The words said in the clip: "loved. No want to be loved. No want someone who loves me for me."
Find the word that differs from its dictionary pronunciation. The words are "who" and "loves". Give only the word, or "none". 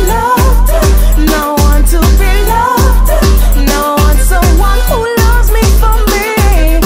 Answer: none